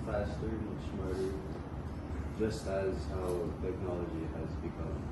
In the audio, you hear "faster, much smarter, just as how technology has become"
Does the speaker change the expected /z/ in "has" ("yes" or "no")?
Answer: no